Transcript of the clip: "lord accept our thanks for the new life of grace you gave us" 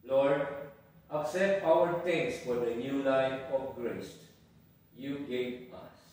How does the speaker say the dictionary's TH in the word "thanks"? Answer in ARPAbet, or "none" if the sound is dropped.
T